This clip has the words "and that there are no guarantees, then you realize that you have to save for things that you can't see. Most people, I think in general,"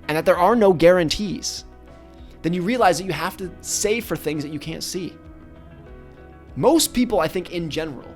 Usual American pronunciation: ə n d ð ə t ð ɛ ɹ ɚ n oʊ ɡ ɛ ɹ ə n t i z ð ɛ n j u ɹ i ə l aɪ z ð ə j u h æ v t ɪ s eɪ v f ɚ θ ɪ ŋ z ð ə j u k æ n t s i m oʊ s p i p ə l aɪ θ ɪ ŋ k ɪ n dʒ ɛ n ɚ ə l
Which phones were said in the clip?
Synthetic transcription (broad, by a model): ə n ð ə t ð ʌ ɹ ɚ n oʊ ɡ ɛ ɹ ə n t i z ð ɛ n j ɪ ɹ i ə l aɪ z ð ə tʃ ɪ h æ f t ɪ s eɪ f ɚ θ ɪ ŋ z ð ə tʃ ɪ k æ n t s i m oʊ s p i p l aɪ θ ɪ ŋ k ɪ n dʒ ɛ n ɚ l